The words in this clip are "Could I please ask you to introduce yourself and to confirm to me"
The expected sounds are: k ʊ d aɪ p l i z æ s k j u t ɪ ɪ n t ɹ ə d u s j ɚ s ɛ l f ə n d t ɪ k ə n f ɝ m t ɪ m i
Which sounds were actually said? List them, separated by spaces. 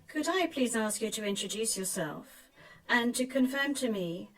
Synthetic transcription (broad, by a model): k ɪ d aɪ p l i z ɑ s k j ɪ t ɪ ɪ n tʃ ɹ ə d u s j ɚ s ɛ l f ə n t ɪ k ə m f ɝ m t ɪ m i